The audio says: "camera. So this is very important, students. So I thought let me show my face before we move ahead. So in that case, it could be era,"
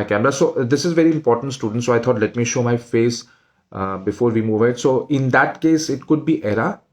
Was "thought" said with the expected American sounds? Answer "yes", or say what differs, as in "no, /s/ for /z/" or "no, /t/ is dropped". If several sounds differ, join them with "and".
no, /t/ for /θ/